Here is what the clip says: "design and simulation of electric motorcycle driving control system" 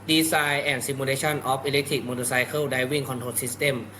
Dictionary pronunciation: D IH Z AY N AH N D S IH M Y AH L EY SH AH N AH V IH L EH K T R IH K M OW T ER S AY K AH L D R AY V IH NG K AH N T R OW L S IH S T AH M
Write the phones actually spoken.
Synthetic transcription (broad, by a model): D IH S AY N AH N S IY M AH L EY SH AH N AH P IH L EH K T R IH K M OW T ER S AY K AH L D AY W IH NG K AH N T OW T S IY S T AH M